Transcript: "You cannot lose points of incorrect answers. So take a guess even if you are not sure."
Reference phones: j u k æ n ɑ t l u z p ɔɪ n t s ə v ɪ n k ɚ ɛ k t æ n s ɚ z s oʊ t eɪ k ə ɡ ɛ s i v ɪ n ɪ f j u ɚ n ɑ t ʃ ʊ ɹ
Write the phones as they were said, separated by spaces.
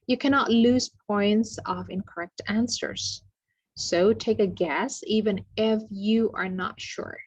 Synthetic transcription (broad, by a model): j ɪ k æ n ɑ t l u z p ɔɪ n t s ə v ɪ n k ɚ ɛ k t æ n s ɚ z s oʊ t eɪ k ə ɡ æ s i v ɪ n ɪ f j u ɚ n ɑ t ʃ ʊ ɹ